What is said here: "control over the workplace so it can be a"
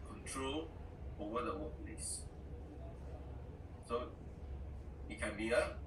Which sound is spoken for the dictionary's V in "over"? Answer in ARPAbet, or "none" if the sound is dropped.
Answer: none